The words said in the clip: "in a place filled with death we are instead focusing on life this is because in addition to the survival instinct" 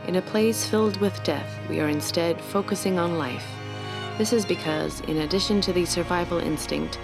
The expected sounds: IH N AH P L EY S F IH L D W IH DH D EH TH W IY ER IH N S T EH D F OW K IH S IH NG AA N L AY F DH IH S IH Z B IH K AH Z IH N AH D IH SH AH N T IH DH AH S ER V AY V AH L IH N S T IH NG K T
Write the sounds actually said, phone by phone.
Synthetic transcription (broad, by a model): IH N AH P L EY S F IH L D W IH DH D EH TH W IY ER IH N S T EH D F OW K IH S IH NG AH N L AY F DH IH S IH Z B IH K AH Z IH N AH D IH SH AH N T IH DH AH S ER V AY V L IH N S T IH NG K T